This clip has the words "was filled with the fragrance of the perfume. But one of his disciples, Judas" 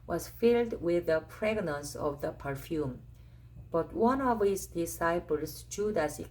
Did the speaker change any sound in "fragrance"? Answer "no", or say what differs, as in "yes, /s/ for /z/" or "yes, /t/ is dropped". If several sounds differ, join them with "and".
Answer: yes, /p/ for /f/